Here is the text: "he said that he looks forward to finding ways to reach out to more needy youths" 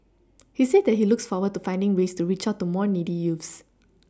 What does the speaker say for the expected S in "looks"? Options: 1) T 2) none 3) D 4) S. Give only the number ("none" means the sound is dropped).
4